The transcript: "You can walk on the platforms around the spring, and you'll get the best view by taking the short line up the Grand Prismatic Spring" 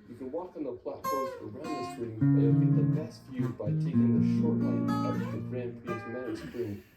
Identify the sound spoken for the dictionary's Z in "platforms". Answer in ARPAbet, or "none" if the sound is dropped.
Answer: none